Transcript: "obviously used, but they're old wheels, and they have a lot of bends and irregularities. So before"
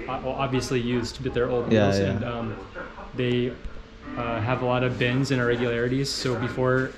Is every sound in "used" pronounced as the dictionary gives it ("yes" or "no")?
yes